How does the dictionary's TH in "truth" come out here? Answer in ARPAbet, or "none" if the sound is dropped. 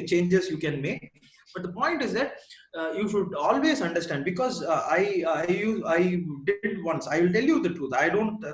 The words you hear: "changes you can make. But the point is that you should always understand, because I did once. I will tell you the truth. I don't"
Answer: T